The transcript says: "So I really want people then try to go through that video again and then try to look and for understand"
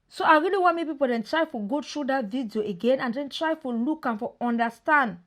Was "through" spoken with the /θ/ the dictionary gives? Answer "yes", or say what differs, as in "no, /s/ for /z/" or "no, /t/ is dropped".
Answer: no, /t/ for /θ/